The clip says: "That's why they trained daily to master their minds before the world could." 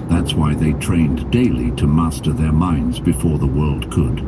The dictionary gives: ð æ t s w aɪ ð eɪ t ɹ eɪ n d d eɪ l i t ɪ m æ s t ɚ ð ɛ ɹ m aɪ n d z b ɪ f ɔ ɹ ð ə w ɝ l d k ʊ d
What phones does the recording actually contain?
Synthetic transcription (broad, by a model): ð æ t s w aɪ ð eɪ t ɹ eɪ n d d eɪ l i t ɪ m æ s t ɚ ð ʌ ɹ m aɪ n d z b ɪ f ɔ ɹ ð ə w ɝ l d k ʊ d